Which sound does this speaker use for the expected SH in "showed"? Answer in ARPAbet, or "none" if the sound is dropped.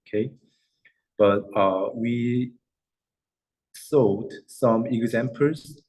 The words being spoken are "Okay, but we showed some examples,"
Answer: S